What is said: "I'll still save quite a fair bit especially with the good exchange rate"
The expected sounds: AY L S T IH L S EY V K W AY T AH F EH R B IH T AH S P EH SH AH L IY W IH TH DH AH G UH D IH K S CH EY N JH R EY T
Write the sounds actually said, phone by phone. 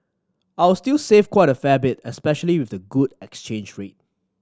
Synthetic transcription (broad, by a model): AY W S T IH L S EY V K W AY T AH F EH B IH T AH S P EH SH AH L IY W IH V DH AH G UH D IH K S CH EY N JH R EY T